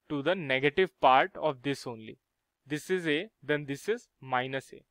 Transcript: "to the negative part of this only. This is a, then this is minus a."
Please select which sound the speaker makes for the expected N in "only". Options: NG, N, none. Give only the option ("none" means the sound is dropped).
N